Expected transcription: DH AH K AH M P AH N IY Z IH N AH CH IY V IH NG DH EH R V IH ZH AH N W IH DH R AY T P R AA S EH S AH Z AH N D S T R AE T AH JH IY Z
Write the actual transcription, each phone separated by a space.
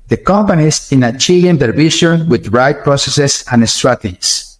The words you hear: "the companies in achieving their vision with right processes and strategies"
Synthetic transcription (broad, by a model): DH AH K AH M P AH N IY S IH N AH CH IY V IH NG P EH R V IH SH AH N W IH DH R AY T P R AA S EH S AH S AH N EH S T R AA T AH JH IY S